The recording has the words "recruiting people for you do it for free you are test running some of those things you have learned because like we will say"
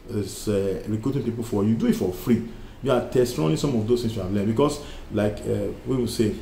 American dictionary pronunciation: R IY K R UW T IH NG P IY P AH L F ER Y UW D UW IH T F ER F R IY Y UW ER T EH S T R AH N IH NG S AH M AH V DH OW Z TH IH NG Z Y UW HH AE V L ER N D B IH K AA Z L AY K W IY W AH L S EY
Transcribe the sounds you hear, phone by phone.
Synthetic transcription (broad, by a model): R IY K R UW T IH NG P IY P AH L F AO Y UW D UW IH T F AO F R IY Y UW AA T EH S T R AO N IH S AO M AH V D OW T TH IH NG S Y UW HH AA V L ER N B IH K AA S L AY K W IY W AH S EY